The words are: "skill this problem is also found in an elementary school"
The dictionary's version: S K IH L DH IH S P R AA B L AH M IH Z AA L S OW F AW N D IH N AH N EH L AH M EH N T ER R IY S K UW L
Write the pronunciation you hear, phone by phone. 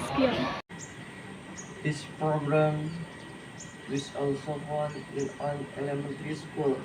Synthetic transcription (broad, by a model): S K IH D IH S P R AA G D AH M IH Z AA L S OW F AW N IH N AH N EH L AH M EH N T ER R IY S K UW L